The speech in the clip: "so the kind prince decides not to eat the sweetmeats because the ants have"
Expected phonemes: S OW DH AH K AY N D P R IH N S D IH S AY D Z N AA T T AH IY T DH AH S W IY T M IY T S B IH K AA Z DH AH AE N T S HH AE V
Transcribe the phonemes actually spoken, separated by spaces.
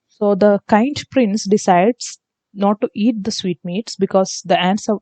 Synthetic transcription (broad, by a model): S OW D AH K AY N D P R IH N S D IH S AY D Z N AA T T IY T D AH S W IY T M IY T S B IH K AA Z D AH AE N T S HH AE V